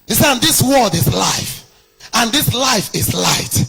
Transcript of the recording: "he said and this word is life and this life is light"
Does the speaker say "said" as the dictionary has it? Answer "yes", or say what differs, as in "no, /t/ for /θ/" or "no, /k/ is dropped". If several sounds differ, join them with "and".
no, /d/ is dropped